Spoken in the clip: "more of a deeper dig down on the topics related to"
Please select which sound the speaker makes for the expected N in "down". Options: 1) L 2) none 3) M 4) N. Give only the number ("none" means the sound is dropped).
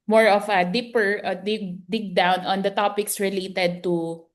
4